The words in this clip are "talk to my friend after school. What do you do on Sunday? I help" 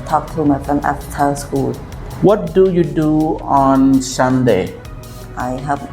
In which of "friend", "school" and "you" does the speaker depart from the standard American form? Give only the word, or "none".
friend